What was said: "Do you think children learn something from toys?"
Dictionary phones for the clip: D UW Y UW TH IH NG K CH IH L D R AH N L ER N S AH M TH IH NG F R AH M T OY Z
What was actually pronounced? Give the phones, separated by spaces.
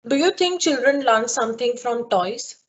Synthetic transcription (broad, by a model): D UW Y UW T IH NG K CH IH L D R AH N L ER N S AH M T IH NG F R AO M T OY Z